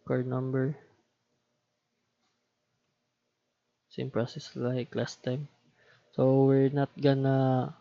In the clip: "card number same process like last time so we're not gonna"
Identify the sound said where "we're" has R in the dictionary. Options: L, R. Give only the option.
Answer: R